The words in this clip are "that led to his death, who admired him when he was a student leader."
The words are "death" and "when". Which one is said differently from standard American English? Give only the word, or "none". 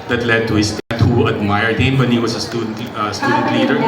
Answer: death